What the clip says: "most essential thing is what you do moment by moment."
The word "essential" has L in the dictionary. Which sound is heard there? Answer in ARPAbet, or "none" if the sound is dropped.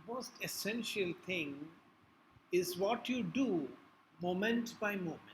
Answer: L